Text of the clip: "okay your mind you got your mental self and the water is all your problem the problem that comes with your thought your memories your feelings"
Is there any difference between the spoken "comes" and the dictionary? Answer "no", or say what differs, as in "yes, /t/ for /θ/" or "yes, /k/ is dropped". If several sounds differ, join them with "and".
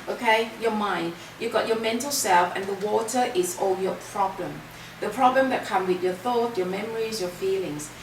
yes, /z/ is dropped